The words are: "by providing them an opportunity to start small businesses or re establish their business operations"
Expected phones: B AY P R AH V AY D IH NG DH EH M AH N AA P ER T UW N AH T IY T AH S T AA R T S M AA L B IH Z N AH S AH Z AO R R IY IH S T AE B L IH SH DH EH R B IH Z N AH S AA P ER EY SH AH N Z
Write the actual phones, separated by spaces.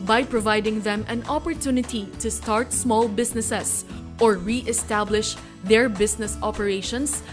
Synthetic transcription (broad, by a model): B AY P R AH V AY D IH NG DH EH M AH N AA P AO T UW N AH T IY T AH S T AA R T S M AA L B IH S N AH S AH S AO R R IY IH S T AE B L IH SH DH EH R B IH S N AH S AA P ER EY SH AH N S